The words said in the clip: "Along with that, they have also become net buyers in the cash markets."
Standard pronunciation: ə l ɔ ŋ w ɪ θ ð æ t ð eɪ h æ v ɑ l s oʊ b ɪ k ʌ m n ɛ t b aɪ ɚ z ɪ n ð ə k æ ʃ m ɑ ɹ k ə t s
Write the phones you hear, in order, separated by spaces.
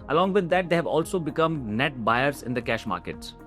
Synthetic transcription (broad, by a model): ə l ɔ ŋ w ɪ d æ t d eɪ h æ v ɑ l s oʊ b ɪ k ʌ m n ɛ t b aɪ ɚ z ɪ n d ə k æ ʃ m ɑ ɹ k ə t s